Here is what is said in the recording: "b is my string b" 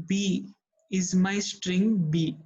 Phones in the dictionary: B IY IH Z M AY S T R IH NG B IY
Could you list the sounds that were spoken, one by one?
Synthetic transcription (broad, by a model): B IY IH Z M AY S T R IH NG B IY